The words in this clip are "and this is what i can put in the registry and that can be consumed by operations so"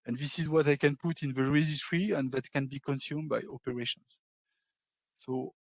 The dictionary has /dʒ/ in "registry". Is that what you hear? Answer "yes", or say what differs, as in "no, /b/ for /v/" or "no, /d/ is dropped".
no, /z/ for /dʒ/